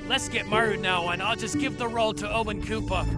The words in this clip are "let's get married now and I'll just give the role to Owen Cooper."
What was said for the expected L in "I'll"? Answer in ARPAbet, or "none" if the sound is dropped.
L